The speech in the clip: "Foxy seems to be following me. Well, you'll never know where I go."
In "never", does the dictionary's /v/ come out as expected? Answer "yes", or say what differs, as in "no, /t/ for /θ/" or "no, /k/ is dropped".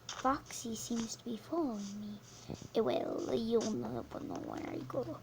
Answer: no, /b/ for /v/